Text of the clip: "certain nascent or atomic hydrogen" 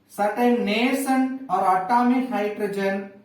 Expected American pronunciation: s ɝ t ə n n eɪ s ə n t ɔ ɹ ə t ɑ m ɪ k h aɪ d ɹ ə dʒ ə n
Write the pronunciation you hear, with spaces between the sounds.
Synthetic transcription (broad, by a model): s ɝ t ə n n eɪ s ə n ɔ ɹ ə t ɑ m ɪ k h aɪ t ɹ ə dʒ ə n